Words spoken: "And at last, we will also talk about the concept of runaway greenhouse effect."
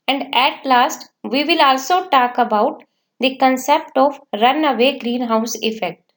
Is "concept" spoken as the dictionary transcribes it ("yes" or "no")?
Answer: yes